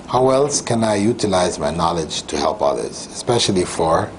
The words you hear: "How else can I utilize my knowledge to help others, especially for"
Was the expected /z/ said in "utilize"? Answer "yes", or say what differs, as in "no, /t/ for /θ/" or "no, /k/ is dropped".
yes